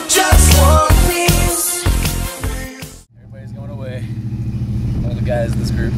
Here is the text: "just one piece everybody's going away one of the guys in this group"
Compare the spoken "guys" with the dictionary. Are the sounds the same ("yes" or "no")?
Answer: yes